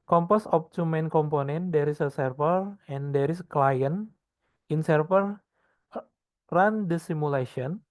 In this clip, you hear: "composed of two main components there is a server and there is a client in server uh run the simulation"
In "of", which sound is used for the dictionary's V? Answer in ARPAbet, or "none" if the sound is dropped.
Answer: P